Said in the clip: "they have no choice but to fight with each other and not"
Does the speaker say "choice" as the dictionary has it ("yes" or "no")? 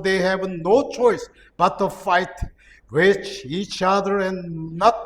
yes